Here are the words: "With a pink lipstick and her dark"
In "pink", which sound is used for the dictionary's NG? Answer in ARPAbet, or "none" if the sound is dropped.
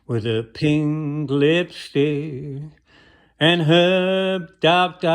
NG